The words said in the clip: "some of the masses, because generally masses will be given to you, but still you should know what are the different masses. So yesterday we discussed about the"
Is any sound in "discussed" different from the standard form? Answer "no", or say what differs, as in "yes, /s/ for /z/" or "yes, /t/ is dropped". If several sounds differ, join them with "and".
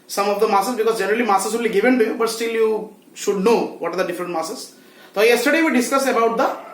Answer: yes, /t/ is dropped